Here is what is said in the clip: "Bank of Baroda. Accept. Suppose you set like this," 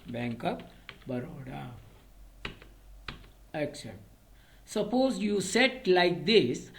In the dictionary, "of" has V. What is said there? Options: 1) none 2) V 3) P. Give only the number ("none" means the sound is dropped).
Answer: 3